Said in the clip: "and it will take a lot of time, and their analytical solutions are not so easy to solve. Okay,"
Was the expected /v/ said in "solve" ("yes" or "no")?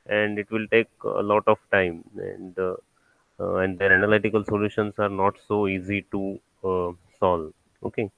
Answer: no